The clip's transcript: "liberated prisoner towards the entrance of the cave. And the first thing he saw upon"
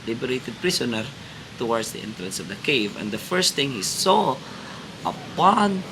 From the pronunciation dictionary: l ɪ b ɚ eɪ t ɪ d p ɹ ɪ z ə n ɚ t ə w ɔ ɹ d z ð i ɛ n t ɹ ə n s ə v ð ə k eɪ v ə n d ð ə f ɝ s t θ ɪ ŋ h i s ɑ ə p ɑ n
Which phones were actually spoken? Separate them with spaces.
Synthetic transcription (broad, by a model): l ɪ b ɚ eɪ t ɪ d p ɹ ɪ s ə n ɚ t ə w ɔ ɹ d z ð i ɛ n t ɹ ə n s ə v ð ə k eɪ v ə n d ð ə f ɝ s t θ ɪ ŋ h i s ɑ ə p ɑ n